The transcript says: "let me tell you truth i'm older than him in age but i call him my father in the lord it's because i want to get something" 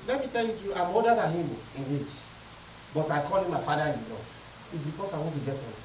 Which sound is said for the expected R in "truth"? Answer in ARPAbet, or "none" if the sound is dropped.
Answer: none